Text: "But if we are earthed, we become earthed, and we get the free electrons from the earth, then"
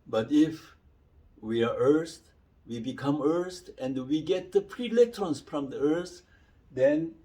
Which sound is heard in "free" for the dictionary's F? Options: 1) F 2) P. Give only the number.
2